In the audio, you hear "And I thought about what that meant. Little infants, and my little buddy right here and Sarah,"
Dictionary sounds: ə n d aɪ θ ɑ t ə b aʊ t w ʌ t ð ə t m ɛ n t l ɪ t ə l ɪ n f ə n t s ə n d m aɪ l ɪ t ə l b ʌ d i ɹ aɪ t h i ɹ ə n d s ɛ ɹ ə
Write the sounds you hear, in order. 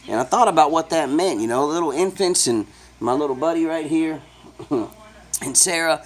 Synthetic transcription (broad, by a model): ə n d aɪ θ ɑ t ə b aʊ t w ʌ t ð ə t m ɛ n t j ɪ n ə l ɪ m f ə n t s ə n m aɪ l ɪ t l b ʌ d i ɹ aɪ t h i ɹ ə n s ɛ ɹ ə